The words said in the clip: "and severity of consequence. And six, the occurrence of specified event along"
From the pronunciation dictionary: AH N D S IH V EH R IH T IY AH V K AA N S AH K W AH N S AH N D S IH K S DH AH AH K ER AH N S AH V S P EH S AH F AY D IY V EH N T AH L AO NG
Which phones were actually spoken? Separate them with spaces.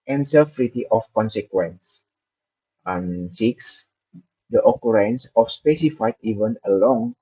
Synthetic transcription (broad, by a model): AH N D S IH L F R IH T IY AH F K AA N S AH K W AH N S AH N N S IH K S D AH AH K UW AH N S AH F S P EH S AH F AY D IY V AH N AH L AO NG